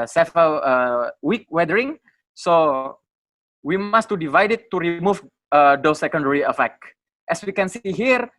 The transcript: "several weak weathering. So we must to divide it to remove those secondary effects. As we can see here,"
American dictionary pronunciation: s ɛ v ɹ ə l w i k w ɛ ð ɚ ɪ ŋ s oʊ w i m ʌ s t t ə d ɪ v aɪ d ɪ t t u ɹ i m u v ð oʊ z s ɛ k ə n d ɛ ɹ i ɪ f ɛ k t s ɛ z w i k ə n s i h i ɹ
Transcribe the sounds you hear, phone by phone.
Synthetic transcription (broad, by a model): s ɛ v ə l w i k w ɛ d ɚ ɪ ŋ s oʊ w i m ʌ s t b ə d ɪ v aɪ d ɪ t t u ɹ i m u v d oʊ s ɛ k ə n d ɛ ɹ i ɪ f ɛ k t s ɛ s w i k ə n s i h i ɹ